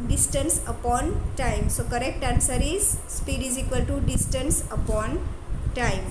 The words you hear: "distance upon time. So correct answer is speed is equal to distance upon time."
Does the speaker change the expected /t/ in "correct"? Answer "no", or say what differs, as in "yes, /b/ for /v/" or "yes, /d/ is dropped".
no